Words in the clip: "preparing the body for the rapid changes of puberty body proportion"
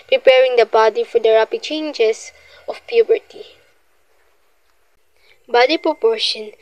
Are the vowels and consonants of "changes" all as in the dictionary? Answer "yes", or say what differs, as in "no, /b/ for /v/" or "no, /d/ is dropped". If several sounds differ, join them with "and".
no, /s/ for /z/